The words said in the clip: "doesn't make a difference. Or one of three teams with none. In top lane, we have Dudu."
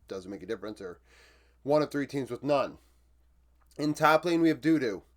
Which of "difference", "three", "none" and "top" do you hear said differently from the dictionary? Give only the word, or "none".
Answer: none